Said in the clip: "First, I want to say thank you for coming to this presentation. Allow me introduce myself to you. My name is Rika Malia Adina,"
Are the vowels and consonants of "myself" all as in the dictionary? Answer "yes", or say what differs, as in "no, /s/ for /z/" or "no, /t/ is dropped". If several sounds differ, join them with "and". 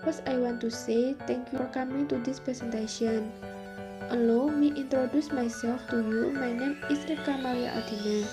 no, /l/ is dropped